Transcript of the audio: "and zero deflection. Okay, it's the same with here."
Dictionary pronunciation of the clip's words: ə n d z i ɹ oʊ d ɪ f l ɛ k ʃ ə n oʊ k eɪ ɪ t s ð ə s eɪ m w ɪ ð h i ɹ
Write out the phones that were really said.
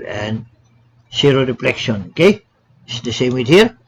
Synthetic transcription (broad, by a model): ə n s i ɹ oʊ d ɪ p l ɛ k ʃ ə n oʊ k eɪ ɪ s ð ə s eɪ m w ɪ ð h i ɹ